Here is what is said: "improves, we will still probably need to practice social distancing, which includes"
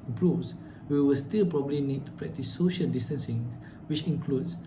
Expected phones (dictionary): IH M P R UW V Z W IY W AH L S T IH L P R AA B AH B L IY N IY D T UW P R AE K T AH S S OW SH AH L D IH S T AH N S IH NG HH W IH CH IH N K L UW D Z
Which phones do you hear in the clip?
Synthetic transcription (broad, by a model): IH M P R UW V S W IY W AH L S T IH L P R AA B AH B L IY N IY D T UW P R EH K T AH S S OW SH AH L D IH S T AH N S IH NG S W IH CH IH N K L UW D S